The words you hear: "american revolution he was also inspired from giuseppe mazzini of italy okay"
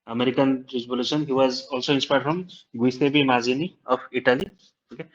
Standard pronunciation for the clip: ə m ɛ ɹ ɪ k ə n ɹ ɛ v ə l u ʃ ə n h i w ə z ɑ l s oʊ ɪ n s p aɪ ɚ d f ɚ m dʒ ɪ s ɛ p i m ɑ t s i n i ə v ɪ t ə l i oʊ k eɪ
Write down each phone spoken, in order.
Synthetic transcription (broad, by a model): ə m ɛ ɹ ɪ k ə n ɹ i b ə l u s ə n h i w ə z ɑ l s oʊ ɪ n s p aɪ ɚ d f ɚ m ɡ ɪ s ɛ b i m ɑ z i n i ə p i t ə l i oʊ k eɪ